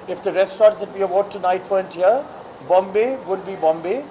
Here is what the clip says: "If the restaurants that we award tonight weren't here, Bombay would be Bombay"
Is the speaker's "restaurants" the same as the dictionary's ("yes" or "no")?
no